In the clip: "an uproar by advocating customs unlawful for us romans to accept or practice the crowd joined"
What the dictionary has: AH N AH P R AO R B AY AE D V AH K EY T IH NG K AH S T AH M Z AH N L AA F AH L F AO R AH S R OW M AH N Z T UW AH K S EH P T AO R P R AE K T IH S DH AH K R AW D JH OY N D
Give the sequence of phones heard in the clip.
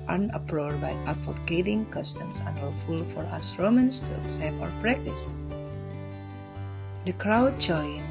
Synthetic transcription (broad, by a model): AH N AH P R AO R B AY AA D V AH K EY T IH NG K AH S T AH M S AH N W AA F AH L F AO R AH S R OW M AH N S T UW AH K S EH P T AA W P R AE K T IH S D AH K R AW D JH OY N